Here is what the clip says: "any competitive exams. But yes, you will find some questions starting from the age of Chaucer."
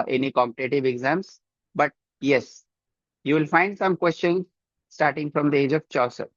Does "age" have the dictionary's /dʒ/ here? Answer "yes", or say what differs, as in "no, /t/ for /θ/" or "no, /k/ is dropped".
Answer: yes